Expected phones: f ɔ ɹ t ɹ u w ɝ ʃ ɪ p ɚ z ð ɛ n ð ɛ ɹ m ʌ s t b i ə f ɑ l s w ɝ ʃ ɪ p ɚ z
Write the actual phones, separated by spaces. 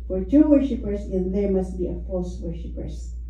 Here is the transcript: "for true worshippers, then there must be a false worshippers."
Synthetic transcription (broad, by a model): f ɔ ɹ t u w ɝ ʃ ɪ p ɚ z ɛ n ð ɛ ɹ m ʌ s t b i ə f l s w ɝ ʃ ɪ p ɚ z